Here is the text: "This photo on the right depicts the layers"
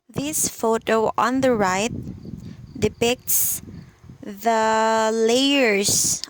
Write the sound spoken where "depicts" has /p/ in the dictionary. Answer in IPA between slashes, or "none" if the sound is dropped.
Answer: /p/